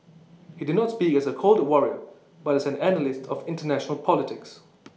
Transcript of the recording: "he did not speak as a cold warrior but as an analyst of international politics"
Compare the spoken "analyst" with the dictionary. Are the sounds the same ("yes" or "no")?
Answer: yes